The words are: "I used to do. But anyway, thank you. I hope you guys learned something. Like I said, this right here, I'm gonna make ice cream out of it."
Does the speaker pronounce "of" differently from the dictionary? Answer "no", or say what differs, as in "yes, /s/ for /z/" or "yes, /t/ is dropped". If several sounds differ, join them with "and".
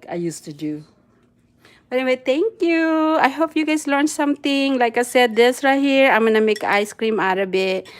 yes, /b/ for /v/